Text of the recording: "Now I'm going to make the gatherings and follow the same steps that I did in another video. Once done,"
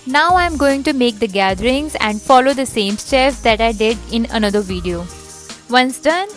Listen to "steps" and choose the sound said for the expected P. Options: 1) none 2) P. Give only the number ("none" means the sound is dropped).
1